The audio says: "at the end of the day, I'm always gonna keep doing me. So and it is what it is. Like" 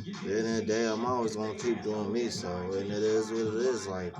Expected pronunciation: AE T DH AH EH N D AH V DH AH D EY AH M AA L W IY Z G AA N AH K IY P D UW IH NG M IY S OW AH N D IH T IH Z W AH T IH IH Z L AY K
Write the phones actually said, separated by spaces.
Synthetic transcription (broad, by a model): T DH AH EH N AH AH D EY AH M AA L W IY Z G AA N AH K IY P D UW IH NG M IY S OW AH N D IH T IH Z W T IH IH Z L AY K